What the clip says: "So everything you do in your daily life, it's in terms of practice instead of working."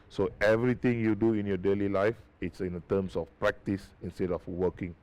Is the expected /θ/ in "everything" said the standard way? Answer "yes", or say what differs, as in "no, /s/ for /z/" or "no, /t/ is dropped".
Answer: no, /t/ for /θ/